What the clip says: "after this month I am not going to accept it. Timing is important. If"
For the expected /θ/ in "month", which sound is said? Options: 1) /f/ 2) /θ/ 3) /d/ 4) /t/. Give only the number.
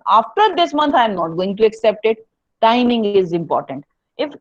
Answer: 4